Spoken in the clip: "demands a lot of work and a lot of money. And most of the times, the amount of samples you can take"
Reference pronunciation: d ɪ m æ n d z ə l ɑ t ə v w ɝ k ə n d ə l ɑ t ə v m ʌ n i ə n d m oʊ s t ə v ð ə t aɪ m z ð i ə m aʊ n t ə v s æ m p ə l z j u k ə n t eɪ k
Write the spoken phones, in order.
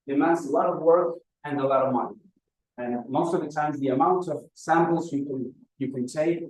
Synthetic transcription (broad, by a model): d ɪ m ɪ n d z ə l ɑ t ə v w ɝ k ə n ə l ɑ t ə v m ʌ n i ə n m oʊ s t ə v ð ə t aɪ m z ð i ə m aʊ n t ə v s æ m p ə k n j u k ə n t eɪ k